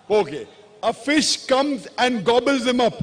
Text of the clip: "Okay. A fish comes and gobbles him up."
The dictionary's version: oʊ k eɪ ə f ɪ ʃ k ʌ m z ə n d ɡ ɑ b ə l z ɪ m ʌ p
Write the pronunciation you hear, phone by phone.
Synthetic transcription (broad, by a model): oʊ k eɪ ə f ɪ ʃ k ʌ m z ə n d ɡ ɑ b ə l z ɪ m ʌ p